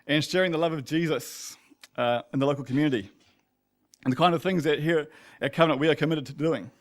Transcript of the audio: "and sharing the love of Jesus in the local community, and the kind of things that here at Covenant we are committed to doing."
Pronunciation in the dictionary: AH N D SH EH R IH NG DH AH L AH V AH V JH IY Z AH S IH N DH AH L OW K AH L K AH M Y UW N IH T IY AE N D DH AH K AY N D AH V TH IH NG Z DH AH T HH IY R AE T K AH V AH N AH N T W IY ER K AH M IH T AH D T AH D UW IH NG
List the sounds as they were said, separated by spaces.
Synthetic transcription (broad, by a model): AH N SH EH R IH NG DH AH L AH V AH V JH IY Z AH S IH N DH AH L OW K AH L K AH M Y UW N IH T IY N DH AH K AY N D AH V TH IH NG Z DH AH T HH IY R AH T K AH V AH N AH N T W IY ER K AH M IH T AH D T AH D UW IH NG